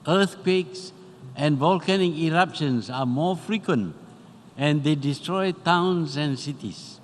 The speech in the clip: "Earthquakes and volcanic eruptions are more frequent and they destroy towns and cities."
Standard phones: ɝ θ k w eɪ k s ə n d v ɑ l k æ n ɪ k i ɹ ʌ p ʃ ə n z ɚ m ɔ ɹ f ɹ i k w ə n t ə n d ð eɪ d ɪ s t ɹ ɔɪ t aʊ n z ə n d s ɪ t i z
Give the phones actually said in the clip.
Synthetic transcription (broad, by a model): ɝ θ k w eɪ k s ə n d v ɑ l k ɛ n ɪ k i ɹ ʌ p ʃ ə n s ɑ m ɔ f ɹ i k w ə n t ə n d eɪ d ɪ s t ɹ ɔɪ t aʊ n s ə n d s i t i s